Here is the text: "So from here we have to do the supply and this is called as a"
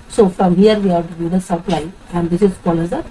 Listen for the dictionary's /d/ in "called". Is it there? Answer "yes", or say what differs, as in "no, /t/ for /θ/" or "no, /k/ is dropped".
no, /d/ is dropped